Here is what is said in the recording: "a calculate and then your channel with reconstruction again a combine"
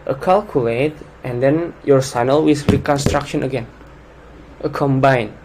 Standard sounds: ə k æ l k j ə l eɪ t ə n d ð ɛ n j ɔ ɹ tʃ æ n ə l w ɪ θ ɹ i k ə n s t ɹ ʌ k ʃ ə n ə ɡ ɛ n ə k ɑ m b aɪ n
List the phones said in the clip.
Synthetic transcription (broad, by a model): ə k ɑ l k j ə l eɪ t ə n d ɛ n j ɔ ɹ s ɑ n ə l w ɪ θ ɹ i k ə n s t ɹ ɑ k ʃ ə n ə ɡ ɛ n ə k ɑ m b aɪ n